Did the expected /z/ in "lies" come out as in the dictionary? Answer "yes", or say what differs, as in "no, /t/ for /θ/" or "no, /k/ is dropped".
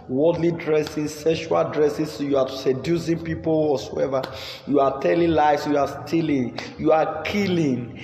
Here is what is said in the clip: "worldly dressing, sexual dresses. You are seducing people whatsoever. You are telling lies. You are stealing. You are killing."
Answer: no, /s/ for /z/